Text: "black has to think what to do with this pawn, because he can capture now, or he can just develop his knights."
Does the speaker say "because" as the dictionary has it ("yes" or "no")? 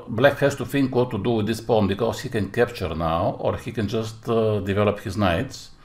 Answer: no